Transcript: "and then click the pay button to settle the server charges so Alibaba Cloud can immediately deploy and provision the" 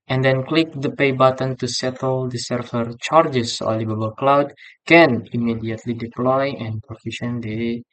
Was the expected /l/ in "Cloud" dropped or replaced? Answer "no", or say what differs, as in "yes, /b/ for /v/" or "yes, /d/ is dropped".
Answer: no